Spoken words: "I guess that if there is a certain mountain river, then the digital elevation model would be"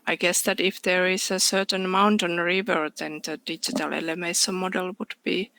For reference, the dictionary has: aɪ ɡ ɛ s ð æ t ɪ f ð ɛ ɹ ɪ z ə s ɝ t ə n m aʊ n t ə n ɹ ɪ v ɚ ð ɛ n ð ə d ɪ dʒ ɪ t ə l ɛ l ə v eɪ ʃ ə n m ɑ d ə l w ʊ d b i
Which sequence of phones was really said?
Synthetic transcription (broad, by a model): aɪ ɡ ɛ s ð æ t ɪ f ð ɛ ɹ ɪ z ə s ɝ t ə n m aʊ n t ə n ɹ ɪ v ɚ ð ɛ n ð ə d ɪ dʒ ɪ t ə l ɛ l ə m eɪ s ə m ɑ d ə l w ʊ d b i